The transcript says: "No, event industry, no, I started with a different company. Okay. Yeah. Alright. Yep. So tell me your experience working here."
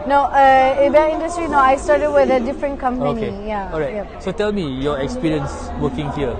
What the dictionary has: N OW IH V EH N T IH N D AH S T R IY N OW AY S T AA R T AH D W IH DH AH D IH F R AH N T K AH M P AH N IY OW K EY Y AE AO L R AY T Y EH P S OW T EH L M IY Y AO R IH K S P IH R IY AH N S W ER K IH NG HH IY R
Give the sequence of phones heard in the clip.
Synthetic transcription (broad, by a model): N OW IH B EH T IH N D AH S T R IY N OW AY S T AA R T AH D W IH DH AH D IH F R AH N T K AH M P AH IY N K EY Y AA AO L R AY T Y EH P S OW T EH L M IY Y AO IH K S P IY R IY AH N S W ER K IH NG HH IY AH